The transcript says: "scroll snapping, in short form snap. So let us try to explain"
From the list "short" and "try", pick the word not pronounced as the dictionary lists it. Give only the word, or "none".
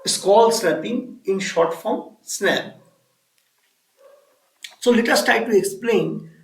try